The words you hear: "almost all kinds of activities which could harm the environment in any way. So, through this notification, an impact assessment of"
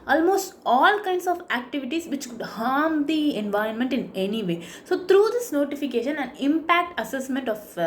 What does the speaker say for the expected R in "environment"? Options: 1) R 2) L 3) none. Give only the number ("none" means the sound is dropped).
1